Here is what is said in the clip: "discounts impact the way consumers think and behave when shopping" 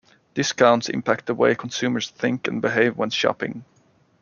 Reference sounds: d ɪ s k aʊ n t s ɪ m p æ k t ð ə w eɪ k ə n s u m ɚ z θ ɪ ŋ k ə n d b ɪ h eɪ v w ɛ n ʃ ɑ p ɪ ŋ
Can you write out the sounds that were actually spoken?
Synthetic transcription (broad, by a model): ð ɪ s k aʊ n t s ɪ m p æ k t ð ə w eɪ k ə n s u m ɚ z θ ɪ ŋ k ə n b ɪ h eɪ v w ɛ n ʃ ɑ p ɪ ŋ